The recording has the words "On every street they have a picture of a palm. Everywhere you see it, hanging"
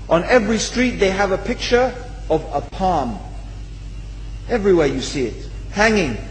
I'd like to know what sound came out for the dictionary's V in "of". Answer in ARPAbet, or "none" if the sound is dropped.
V